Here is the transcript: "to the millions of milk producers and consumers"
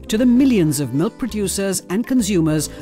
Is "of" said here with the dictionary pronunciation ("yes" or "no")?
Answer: yes